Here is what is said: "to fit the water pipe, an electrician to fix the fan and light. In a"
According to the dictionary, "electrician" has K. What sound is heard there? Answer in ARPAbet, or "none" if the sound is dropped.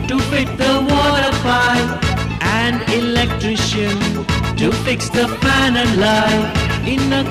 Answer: K